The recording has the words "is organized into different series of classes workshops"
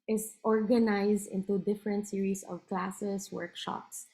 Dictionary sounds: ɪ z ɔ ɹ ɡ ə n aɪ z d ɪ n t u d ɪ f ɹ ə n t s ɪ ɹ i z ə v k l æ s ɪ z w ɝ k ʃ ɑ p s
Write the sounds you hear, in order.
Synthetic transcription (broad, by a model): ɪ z ɔ ɹ ɡ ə n aɪ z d ɪ n t u d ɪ f ɹ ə n t s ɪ ɹ i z ə v k l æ s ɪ s w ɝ k ʃ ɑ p s